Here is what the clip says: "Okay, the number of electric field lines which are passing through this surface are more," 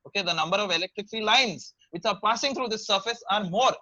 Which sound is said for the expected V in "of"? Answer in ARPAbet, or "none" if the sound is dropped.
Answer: V